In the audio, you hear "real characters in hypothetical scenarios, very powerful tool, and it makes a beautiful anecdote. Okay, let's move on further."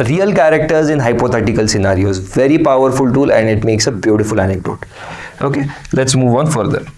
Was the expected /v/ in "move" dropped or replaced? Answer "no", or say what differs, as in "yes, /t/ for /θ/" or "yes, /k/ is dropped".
no